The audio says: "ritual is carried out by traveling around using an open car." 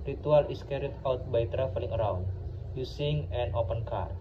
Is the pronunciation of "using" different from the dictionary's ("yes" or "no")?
yes